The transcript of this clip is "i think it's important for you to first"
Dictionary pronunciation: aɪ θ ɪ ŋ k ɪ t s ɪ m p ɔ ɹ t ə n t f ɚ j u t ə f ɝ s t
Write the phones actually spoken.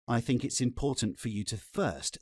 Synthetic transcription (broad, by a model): aɪ θ ɪ ŋ k ɪ t s ɪ m p ɔ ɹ t n t f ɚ j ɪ t ə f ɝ s t